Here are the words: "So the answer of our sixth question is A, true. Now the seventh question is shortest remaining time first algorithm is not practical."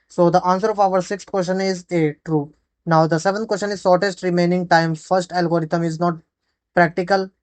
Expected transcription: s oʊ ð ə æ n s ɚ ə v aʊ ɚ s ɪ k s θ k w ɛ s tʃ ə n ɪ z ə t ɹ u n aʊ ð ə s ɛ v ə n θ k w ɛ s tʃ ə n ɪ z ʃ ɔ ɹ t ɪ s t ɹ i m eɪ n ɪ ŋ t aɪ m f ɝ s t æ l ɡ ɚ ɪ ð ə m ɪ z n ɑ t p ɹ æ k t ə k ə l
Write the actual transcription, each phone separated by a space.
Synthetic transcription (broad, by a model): s oʊ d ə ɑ n s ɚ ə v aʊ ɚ s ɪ k s t k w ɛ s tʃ ə n ɪ z ə t ɹ u n aʊ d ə s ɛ v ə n t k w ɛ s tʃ ə n ɪ z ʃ ɔ ɹ t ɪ s t ɹ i m eɪ n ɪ ŋ t aɪ m f ɝ s t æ l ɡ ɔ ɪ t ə m ɪ z n ɑ t p ɹ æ k t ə k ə l